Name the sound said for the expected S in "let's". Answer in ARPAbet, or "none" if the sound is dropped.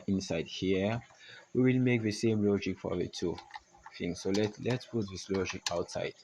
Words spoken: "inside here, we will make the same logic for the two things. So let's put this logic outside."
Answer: S